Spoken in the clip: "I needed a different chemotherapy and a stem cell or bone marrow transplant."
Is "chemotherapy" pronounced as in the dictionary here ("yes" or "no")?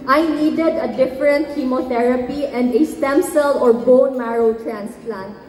no